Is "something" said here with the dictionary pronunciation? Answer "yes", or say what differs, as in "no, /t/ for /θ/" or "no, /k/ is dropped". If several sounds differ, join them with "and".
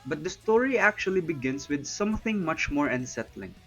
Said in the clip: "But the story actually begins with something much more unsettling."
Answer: yes